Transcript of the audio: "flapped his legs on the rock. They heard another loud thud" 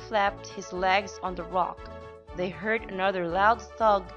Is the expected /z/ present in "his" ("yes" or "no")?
yes